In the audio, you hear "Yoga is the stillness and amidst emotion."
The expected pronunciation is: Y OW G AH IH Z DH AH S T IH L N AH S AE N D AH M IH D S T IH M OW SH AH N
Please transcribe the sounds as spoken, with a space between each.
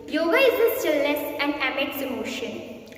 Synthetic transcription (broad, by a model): Y OW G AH IH Z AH S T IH L AH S AE N D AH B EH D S IH M OW SH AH N